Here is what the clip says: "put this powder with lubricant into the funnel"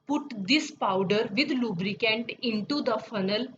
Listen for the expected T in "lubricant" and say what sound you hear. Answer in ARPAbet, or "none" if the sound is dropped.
T